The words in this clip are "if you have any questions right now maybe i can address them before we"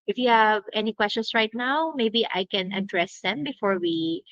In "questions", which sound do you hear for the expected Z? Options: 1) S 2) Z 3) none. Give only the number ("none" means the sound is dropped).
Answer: 1